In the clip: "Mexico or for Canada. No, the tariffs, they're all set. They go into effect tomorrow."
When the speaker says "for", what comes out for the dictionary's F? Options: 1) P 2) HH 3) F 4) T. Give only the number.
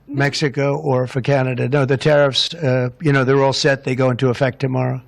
3